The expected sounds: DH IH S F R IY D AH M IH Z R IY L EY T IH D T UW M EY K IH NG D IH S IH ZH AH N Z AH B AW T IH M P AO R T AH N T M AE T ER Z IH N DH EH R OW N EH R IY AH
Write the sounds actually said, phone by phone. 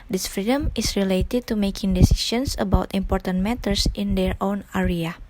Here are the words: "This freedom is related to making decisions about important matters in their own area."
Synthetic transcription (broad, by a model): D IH S F R IY D AH M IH S R IY L EY T IH D T UW M EY K IH NG D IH S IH S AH N S AH B AW T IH M P AO R T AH N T M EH T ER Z IH N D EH R OW N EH R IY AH